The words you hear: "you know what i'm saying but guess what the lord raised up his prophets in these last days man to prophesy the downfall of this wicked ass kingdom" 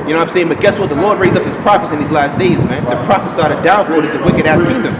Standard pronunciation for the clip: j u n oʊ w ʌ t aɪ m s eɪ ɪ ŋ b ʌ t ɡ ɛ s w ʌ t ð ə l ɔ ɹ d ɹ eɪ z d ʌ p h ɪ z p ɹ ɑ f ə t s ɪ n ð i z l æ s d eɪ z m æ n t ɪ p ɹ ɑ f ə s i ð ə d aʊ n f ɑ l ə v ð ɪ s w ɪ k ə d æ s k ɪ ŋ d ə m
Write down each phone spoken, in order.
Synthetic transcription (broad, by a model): j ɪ n oʊ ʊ aɪ m s eɪ ɪ ŋ b ʌ t ɡ ɛ s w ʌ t ð ə l ɔ ɹ d ɹ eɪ z ʌ p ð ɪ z p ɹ ɑ f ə s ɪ n ð i z l æ s d eɪ z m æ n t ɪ p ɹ ɑ f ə s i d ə d aʊ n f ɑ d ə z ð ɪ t w ɪ k ə d æ s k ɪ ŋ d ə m